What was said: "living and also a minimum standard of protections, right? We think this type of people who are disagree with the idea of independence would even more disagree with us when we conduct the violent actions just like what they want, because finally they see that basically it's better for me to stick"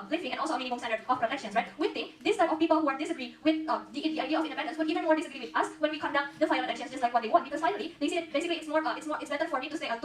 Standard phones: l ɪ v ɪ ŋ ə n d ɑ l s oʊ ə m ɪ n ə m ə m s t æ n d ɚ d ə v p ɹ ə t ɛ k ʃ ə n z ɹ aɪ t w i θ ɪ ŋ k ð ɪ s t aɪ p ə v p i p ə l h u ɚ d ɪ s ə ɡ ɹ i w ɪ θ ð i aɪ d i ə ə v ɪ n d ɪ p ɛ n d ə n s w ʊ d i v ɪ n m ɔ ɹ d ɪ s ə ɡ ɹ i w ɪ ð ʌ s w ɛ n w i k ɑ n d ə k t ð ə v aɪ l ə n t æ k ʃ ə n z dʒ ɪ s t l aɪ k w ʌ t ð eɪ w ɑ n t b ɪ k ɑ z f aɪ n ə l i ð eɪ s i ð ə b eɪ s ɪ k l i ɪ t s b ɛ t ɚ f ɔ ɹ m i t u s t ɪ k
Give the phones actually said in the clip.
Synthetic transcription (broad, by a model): l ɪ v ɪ ŋ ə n ɑ l s oʊ ə m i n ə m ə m s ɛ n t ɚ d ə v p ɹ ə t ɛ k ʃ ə n s ɹ aɪ t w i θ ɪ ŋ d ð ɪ s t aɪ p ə f p i p ə l h u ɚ d ɪ s ə ɡ ɹ i w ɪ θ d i aɪ d i ə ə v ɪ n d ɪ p ɛ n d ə n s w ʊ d i v ɪ n m ɔ ɹ d ɪ s ə ɡ ɹ i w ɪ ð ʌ s w ɛ n w i k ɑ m d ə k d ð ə f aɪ ə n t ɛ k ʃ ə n s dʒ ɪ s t l aɪ k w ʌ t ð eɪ w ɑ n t b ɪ k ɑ s f aɪ n ə l i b eɪ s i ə b eɪ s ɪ k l i ɪ t s b ɛ t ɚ f ɔ ɹ m i t u s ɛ